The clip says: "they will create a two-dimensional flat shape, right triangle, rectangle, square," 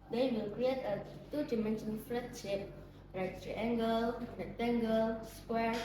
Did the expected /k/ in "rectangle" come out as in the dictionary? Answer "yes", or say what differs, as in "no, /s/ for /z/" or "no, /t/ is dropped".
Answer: no, /k/ is dropped